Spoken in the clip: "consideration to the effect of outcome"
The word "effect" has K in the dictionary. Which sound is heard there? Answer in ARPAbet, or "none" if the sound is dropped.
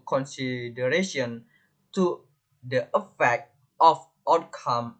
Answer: K